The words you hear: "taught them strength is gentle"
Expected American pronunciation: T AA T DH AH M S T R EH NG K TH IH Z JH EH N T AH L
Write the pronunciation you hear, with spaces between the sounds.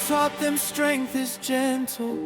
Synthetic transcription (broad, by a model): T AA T DH AH M S T R EH NG K TH IH Z JH EH N T L